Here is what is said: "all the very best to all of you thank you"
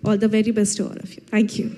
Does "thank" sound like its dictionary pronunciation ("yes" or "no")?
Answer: no